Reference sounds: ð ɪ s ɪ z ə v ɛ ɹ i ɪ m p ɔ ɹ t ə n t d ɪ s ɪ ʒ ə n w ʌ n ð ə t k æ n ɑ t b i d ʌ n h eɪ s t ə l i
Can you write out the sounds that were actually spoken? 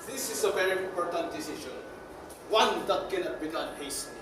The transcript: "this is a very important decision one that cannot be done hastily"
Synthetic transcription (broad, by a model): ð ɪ s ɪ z ə v ɛ ɹ i ɪ m p ɔ ɹ t ə n t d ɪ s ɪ ʃ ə n w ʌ n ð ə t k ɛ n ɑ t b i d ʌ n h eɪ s